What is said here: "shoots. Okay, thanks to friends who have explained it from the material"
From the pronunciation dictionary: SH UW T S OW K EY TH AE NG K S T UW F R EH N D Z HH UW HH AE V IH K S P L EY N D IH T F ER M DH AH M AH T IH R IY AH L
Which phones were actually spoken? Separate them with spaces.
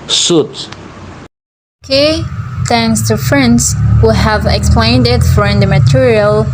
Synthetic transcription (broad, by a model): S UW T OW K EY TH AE NG K S T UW F R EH N D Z HH UW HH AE V IH K S P L EY N D IH T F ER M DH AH M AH T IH R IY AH L